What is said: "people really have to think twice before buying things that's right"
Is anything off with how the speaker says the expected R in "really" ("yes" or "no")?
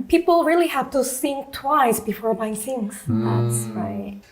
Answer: no